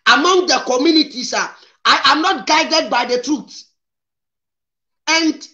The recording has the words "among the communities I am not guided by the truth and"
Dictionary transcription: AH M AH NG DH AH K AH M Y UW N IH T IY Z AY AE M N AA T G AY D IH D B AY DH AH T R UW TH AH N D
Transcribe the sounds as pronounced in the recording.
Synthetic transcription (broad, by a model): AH M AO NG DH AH K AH M Y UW N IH T IY S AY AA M N AA T G AY D IH D B AY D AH T R UW T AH N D